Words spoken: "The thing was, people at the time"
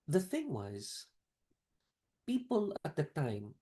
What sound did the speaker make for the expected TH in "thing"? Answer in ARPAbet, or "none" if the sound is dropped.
TH